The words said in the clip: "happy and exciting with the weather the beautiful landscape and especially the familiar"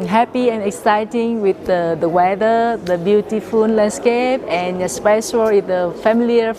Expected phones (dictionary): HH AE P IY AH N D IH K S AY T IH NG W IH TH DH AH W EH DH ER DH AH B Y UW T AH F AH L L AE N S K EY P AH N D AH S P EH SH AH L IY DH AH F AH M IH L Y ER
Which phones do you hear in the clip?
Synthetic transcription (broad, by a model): HH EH P IY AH N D IH K S AY T IH NG W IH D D AH W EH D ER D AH B Y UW T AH F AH N L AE N S K EY P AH N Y AH S P EH SH AH L IY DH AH F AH M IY L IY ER